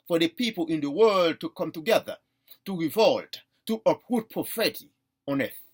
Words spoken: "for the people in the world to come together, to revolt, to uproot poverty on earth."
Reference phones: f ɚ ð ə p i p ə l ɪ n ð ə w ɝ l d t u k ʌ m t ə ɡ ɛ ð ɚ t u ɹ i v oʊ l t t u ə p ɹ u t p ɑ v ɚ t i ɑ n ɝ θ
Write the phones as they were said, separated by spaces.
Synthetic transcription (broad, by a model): f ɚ ð ə p i p ə l ɪ n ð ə w ɝ l d t u k ʌ m t ə ɡ ɛ ð ɚ t u ɹ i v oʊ l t t u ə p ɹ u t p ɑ f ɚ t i ɑ n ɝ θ